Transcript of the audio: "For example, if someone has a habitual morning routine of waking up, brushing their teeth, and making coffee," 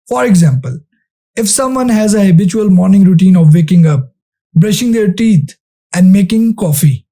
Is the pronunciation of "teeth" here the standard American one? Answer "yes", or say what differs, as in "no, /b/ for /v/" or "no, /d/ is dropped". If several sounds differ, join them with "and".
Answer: no, /t/ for /θ/